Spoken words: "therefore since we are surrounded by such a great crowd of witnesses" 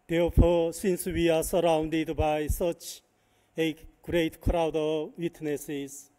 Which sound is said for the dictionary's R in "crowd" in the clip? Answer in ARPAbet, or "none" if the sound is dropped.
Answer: R